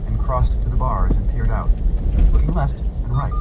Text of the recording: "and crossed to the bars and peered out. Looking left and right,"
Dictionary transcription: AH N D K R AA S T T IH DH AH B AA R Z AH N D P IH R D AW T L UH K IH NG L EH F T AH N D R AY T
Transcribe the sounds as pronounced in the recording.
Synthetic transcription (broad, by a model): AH N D K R AA S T T IH DH AH B AA R Z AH N P IH R D AW T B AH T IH L EH F T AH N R AY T